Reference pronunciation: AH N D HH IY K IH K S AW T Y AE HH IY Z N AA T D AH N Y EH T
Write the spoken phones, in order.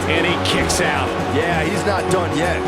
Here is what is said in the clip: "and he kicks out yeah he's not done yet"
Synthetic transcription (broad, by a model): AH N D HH IY K IH K S AW T Y AE HH IY Z N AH T D AH N Y EH T